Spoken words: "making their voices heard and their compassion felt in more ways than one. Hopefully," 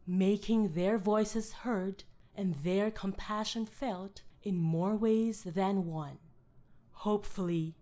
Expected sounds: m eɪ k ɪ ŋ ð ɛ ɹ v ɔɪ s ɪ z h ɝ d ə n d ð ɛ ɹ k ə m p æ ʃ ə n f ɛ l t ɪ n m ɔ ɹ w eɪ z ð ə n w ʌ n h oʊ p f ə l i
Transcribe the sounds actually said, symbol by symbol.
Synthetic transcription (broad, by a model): m eɪ k ɪ ŋ ð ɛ ɹ v ɔɪ s ɪ z h ɝ d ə n ð ɛ ɹ k ə m p æ ʃ ə n f ɛ l t ɪ n m ɔ ɹ w eɪ z ð ə n w ʌ n h oʊ p f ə l i